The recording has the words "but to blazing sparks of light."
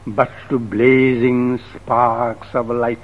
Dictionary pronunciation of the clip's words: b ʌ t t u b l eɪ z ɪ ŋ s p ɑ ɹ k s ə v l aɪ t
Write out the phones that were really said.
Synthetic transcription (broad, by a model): b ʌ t t u b l eɪ z ɪ ŋ s p ɑ ɹ k s ə v l aɪ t